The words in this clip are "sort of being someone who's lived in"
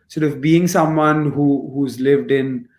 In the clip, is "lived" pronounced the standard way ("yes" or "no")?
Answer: yes